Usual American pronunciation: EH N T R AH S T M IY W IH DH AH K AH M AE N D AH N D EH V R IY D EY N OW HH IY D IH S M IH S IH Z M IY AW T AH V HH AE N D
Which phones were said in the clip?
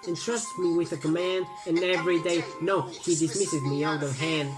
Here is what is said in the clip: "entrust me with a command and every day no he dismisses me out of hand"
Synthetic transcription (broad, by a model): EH N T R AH S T M IY W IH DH AH K AH M AE N D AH N EH V R IY D EY N OW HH IY D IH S M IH S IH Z M IY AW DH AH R HH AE N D